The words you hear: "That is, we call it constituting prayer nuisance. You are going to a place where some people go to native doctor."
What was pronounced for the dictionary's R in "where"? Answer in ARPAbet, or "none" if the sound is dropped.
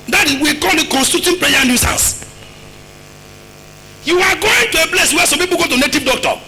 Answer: W